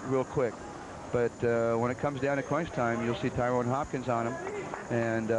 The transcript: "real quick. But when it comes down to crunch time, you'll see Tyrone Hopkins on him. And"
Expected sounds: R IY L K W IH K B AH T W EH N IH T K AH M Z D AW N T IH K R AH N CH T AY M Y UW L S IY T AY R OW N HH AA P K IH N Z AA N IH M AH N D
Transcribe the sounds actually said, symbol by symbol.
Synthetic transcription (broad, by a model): R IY L K W IH K B AH T W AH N IH T K AH M Z D AW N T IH K W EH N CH T AY M Y UW L S IY T AY R OW N HH AA P K IH N Z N IH M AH N